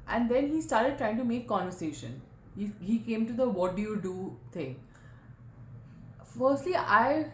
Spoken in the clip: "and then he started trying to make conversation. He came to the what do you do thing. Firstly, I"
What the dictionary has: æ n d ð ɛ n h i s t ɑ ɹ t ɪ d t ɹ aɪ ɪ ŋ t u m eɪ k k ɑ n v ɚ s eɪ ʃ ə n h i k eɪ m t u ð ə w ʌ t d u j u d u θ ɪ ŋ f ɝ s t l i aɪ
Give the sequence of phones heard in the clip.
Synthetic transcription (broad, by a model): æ n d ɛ n h i s t ɑ ɹ t ɪ d t ɹ aɪ ɪ ŋ t u m eɪ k k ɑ n v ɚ s eɪ ʃ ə n h i k eɪ m t u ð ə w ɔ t d u j u d u t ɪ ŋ f ɝ s t l i aɪ